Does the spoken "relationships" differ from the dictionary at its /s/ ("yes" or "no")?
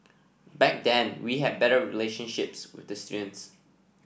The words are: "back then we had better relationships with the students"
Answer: no